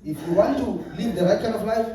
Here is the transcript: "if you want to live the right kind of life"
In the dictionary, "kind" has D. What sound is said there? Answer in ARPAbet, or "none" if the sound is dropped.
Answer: none